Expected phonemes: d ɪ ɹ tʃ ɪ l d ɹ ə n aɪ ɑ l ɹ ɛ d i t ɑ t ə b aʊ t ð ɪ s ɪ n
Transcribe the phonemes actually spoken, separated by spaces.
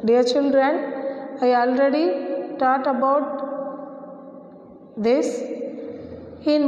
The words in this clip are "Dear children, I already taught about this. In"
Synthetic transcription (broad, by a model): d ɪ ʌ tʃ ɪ n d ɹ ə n aɪ ɑ l ɹ ɛ d i t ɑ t ə b aʊ t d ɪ s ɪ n